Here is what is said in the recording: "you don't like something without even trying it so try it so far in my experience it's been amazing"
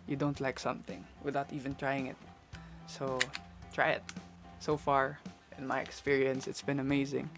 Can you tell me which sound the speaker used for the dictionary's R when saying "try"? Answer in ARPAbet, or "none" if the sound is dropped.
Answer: R